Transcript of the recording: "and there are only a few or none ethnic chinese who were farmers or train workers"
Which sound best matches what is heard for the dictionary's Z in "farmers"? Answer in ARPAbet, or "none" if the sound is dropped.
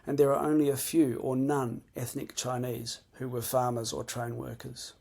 Z